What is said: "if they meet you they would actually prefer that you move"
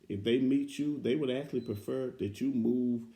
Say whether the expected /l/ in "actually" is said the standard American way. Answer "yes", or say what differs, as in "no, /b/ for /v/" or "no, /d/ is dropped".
yes